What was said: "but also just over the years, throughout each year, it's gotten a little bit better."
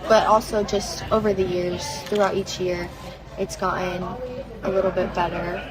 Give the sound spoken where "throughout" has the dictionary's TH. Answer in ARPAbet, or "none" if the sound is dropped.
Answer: TH